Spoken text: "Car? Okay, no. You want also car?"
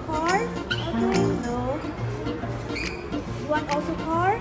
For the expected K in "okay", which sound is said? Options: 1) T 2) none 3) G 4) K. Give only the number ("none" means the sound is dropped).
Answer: 2